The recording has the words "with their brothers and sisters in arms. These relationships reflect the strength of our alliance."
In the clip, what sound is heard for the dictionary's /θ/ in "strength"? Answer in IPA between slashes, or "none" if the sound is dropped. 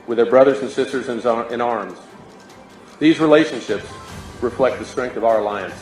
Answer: /θ/